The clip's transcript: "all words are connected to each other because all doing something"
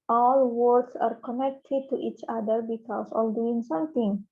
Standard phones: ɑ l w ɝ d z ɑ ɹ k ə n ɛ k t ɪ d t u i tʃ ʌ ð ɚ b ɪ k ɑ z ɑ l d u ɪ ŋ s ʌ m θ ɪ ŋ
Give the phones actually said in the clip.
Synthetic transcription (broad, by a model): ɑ l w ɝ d s ɑ ɹ k ə n ɛ k t ɪ d t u i tʃ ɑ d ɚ b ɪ k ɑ s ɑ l d u ɪ ŋ s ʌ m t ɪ ŋ